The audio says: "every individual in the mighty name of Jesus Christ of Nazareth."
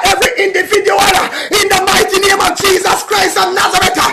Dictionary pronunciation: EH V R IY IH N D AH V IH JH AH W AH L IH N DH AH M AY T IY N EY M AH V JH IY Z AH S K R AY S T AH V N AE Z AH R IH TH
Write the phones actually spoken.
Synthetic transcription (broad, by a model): EH V R IY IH N D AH V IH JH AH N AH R IH N DH AH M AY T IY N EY M AH V JH IY Z AH S K R AY S T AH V N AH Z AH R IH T